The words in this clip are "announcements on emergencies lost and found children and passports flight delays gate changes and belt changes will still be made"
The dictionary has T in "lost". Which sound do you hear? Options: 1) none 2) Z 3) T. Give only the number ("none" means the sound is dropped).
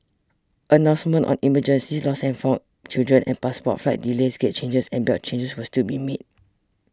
1